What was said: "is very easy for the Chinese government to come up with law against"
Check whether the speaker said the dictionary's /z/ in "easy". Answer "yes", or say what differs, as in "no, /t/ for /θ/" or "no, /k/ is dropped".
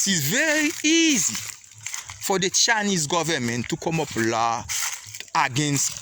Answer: yes